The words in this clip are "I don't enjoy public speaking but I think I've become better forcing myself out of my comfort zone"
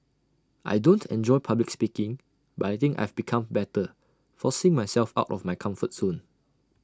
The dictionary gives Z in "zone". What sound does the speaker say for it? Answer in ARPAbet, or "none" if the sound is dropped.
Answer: S